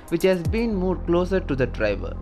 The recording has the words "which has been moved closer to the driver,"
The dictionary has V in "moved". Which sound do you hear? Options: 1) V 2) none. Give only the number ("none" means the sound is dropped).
2